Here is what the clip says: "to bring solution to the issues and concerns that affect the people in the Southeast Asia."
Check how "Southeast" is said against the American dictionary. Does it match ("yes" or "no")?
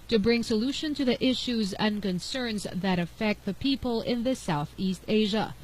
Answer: yes